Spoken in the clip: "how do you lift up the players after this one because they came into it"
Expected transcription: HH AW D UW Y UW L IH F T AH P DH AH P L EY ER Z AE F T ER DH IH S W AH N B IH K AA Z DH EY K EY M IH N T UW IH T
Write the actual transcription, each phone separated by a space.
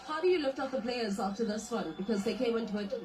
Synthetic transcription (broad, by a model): HH AW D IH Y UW L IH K T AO F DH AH P L EY ER Z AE F T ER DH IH S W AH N B IH K AA Z DH EY K EY M IH N T UW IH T